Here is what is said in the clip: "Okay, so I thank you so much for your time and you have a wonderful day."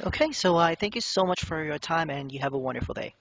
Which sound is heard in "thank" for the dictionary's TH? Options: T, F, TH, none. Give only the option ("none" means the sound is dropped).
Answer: TH